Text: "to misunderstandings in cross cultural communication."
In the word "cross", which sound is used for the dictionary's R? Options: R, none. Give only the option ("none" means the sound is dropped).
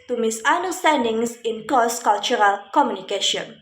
none